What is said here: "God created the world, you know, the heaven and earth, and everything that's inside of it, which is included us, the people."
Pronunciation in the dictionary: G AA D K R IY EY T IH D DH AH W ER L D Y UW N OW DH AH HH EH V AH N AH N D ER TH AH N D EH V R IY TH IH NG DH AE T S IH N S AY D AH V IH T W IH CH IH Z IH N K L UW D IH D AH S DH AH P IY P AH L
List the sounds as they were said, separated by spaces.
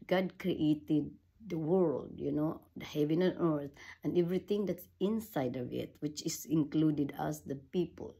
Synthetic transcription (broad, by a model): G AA D K R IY EY T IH D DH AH W ER L D Y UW N OW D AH HH EH V AH N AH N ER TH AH N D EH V R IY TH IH NG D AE T S IH N S AY D AH V IH T W IH CH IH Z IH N K L UW D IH D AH S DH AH P IY P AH L